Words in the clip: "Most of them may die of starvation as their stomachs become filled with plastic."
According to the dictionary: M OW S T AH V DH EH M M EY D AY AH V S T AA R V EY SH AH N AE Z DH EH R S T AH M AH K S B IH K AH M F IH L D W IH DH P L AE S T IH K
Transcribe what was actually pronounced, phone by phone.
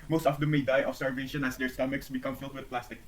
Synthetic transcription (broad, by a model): M OW S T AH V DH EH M M EY D AY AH F S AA R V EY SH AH N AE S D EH R S T AH M AH K S B IH K AH M F IH L D W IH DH P L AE S T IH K